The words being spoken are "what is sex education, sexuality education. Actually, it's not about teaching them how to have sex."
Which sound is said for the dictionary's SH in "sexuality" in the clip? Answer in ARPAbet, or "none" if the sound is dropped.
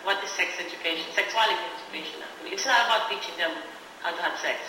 S